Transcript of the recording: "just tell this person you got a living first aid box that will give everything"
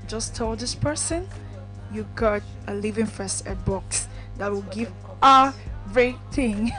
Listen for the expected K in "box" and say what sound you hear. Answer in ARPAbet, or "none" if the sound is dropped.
K